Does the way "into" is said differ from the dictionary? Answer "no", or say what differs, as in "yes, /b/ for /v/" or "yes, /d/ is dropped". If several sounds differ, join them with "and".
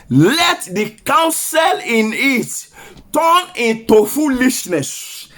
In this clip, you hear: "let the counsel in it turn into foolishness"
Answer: no